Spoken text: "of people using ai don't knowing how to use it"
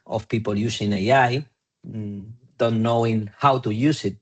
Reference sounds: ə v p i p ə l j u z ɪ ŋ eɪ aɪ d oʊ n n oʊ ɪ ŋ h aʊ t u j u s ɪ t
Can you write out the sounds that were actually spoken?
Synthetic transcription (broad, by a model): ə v p i p ə l j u s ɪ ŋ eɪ aɪ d oʊ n n oʊ ɪ ŋ h aʊ t u j u s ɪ t